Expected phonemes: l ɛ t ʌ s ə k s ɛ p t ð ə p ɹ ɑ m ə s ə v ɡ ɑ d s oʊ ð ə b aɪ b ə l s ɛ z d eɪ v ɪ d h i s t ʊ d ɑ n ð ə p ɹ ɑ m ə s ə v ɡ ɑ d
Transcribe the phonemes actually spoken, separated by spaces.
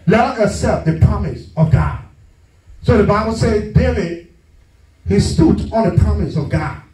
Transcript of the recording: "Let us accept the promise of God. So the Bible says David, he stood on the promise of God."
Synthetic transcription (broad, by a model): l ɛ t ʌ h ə s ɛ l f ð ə p ɹ ɑ m ə s ə v ɡ ɑ d s oʊ ð ə b aɪ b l s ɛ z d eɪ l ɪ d h i s t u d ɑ n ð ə p ɹ ɑ m ə s ə v ɡ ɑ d